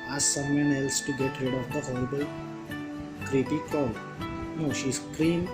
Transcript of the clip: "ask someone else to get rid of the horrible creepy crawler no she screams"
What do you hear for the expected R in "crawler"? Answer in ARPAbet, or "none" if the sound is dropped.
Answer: none